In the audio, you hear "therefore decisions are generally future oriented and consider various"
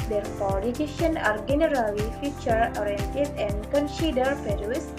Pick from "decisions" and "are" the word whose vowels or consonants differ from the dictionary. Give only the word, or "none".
decisions